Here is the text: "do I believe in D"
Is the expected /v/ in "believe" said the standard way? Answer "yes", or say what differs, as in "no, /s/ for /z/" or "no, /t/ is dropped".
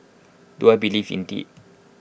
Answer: no, /f/ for /v/